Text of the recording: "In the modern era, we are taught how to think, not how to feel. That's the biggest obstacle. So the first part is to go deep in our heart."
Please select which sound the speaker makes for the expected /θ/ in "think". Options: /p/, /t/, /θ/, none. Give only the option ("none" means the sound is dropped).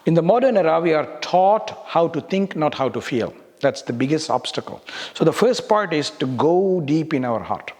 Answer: /t/